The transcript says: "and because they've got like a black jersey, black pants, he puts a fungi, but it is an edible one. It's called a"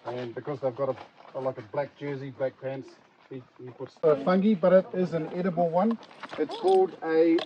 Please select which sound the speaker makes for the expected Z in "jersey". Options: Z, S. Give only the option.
Z